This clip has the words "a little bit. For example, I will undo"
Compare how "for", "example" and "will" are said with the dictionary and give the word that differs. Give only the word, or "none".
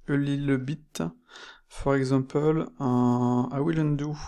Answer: example